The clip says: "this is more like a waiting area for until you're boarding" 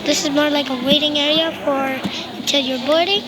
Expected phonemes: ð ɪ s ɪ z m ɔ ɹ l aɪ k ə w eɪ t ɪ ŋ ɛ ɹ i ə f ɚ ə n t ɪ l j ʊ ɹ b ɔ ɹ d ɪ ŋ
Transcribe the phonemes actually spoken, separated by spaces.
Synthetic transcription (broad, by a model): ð ɪ s ɪ z m ɔ ɹ l aɪ k ə w eɪ t ɪ ŋ ɛ ɹ i ə f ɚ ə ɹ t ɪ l j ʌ ɹ b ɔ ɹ d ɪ